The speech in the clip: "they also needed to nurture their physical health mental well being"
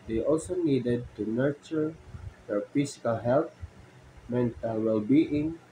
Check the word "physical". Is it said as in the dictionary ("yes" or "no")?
no